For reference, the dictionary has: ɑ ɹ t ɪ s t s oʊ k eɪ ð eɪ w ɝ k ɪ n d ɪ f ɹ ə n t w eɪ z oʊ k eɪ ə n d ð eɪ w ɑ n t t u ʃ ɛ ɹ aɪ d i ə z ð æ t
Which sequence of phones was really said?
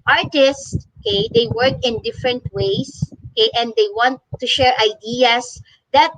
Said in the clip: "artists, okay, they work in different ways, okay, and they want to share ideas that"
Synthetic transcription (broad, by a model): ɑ ɹ t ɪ s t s oʊ k eɪ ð eɪ w ɝ k ɪ n d ɪ f ɹ ə n t w eɪ s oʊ k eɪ ə n d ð eɪ w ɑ n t t u ʃ ɛ ɹ aɪ d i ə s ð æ t